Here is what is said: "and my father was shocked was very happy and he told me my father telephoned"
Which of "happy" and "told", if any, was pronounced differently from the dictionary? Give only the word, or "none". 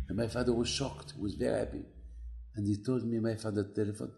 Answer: none